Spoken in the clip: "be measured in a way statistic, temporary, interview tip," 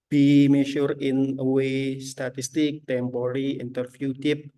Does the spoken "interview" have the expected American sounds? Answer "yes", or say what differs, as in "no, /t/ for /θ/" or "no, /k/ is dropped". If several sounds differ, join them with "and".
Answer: no, /f/ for /v/